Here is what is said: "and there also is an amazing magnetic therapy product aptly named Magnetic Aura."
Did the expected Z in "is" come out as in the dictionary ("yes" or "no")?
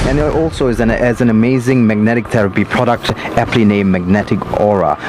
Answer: yes